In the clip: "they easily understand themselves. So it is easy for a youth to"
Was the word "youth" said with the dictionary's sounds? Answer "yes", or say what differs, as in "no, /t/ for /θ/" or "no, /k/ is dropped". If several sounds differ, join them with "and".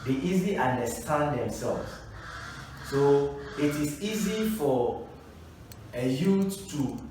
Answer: no, /t/ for /θ/